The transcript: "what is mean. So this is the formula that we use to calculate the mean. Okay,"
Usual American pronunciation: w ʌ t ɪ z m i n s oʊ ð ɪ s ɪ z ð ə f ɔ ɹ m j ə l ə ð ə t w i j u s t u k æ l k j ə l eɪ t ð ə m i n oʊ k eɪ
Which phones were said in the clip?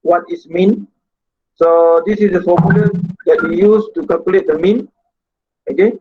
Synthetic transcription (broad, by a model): w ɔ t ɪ s m i n s oʊ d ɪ s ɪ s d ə f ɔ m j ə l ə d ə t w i j u s t u k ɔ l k l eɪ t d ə m i n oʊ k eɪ